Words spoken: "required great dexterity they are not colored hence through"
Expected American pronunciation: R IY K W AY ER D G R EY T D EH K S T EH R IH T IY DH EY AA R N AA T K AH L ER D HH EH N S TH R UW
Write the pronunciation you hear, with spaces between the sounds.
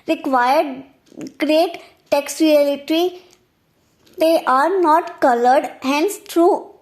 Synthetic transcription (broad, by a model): R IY K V AY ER D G R EY T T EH K S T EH L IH T IY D EY AA R N AA T K AH L ER D HH EH N S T R UW